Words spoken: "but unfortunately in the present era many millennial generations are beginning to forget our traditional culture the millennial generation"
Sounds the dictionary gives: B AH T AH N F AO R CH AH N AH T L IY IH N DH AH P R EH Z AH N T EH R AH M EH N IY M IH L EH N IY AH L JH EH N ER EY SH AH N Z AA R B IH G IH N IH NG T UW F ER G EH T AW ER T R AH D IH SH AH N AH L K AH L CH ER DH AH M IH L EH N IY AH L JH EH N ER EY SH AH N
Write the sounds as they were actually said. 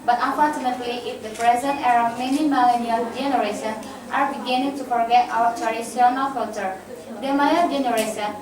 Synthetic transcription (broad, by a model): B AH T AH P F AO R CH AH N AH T L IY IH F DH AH P R EH Z AH N T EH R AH M EH N IY M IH L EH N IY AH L JH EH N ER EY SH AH N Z AA R B IH G IH N IH NG T UW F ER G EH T AW ER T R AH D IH S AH N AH L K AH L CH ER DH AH M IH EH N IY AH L JH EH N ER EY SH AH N